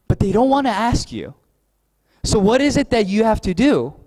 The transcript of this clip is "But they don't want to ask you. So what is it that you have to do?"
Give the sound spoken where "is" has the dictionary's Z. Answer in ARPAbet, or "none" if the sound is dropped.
Z